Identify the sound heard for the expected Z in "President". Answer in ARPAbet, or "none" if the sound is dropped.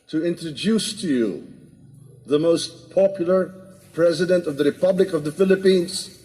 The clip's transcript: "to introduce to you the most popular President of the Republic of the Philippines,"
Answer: Z